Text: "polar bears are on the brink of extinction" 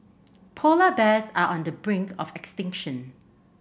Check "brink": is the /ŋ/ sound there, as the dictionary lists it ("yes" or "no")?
yes